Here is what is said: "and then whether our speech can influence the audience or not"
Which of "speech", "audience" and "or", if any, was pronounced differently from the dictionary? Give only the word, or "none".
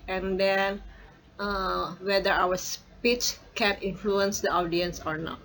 none